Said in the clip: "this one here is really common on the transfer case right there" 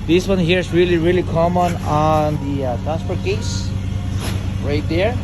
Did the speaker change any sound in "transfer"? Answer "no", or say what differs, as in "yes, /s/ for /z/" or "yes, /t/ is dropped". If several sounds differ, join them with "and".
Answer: yes, /n/ is dropped